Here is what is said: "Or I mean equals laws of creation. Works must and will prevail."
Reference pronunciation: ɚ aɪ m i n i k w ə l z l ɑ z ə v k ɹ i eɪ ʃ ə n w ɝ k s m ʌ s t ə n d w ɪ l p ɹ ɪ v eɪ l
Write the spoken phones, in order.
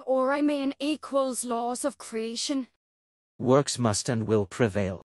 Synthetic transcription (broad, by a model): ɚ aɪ m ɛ n i k w ə l z l ɑ z ə v k ɹ i eɪ ʃ ə n w ɝ k s m ʌ s t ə n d w ɪ l p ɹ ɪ v eɪ l